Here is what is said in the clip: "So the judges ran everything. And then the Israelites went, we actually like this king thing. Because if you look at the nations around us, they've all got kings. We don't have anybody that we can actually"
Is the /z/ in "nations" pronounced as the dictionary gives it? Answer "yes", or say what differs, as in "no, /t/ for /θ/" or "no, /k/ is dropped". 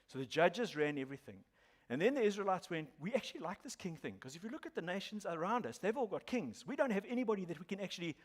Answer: yes